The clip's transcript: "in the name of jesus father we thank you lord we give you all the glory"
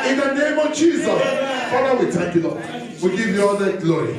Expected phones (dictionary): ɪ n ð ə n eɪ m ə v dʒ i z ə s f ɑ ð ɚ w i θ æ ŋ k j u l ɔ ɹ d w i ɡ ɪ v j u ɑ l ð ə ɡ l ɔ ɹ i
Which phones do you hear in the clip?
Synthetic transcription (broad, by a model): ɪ n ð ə n eɪ m ə v dʒ i z ə s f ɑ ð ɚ w i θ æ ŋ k j u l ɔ w i ɡ ɪ v j u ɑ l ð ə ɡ l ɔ ɹ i